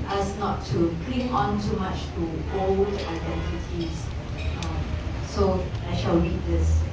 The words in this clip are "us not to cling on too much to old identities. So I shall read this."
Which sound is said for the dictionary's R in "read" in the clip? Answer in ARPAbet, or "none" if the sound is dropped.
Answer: W